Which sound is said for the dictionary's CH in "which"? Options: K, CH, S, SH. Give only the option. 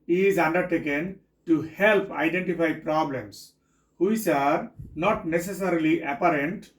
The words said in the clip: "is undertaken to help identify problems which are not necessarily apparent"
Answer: S